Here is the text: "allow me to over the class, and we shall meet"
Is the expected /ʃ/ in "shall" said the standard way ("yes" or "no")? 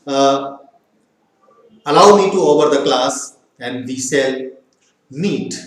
no